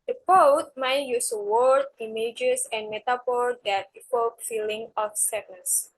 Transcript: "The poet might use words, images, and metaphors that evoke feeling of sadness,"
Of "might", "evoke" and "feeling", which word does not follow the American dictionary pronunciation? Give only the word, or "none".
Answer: evoke